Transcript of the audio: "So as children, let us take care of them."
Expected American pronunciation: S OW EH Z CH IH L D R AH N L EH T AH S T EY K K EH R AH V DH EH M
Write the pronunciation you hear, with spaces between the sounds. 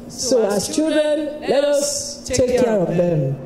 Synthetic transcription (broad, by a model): S OW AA S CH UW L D AH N L EH T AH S T EY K K EH R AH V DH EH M